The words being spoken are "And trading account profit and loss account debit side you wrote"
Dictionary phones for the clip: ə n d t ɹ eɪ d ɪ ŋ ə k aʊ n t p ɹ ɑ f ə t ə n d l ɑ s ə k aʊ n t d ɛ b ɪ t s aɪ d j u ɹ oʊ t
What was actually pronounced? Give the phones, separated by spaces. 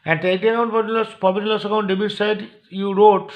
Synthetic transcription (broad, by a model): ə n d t eɪ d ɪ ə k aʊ n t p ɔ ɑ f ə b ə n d l ɑ s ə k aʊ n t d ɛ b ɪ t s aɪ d j u ɹ oʊ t